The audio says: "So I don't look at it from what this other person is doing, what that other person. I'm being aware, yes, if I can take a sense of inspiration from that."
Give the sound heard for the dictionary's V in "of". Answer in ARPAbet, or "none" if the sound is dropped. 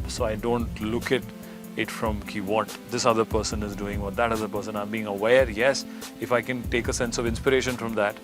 V